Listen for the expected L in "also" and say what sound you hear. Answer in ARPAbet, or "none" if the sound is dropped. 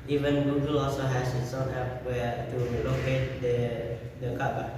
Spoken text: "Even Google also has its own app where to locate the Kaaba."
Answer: L